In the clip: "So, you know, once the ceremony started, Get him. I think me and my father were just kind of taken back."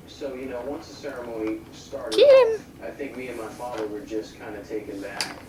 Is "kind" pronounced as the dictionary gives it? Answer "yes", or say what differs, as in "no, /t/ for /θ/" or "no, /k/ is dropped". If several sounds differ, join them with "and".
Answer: yes